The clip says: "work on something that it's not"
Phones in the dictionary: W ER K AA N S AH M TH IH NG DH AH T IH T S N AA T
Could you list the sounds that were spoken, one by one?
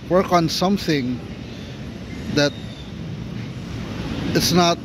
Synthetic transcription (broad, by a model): W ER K AA N S AH M TH IH NG DH AH T IH T S N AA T